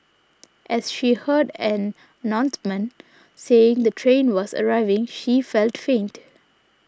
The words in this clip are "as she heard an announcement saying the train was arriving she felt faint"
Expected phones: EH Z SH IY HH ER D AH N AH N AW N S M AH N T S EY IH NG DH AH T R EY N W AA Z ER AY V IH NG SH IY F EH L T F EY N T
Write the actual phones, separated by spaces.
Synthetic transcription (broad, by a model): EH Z SH IY HH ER D AH N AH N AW N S M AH N S EY IH NG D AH T R EY N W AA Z ER AY V IH NG SH IY F EH L T F EY N T